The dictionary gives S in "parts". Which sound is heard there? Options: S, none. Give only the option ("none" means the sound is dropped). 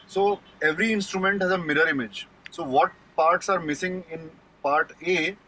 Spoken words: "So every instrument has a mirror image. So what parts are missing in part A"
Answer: S